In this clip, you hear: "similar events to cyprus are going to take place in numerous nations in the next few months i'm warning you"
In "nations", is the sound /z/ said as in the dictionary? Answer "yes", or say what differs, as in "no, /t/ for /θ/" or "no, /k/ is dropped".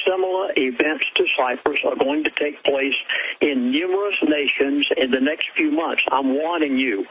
yes